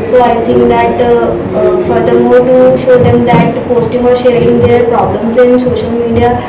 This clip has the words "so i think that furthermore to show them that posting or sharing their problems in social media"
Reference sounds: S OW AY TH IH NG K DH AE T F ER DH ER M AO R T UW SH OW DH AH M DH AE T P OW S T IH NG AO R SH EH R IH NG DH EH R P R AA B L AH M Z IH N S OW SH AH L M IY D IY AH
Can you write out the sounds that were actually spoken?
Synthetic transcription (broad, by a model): S OW AY T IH NG K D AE T F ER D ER M AO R T UW SH OW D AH M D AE T P OW S T IH NG AO R SH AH R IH NG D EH R P R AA B L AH M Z IH N S OW SH AH L M IY D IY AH